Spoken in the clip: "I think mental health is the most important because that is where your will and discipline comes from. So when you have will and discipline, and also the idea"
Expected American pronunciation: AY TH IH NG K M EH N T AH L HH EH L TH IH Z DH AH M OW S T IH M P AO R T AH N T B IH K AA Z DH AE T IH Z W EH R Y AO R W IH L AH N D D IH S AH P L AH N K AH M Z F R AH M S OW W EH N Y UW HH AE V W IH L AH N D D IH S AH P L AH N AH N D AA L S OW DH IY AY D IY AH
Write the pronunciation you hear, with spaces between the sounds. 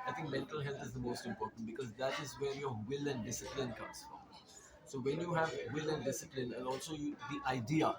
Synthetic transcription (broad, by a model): AY T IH NG K M EH N T AH L HH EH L T IH Z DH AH M OW S T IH M P AO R T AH N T B IH K AA Z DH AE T IH Z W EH R Y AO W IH L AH N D D IH S AH P L AH N K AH M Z F R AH M S OW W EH N Y UW HH AE V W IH L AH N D D IH S AH P L AH N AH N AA L S OW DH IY AY D IY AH